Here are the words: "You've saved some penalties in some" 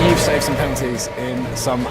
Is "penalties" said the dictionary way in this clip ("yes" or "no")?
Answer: no